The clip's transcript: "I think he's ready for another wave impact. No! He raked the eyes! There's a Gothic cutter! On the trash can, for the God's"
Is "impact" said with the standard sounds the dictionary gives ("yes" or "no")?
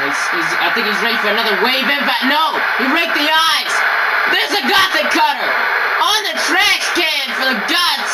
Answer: no